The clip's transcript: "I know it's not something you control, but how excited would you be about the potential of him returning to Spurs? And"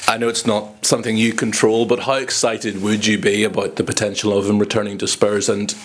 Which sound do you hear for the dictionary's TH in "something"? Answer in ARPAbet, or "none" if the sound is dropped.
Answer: TH